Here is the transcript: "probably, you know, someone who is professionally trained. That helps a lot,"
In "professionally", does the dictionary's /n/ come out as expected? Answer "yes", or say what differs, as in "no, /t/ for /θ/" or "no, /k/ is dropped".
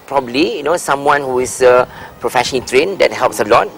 no, /n/ is dropped